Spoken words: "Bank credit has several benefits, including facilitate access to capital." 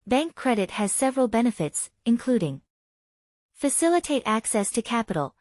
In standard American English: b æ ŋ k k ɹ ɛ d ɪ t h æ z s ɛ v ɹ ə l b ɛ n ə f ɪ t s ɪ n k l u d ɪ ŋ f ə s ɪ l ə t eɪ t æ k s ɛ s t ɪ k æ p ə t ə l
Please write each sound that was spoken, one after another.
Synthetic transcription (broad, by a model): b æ ŋ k k ɹ ɛ d ɪ t h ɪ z s ɛ v ɹ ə l b ɛ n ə f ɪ t s ɪ n k l u d ɪ ŋ f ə s ɪ l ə t eɪ t æ k s ɛ s t ɪ k æ p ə t l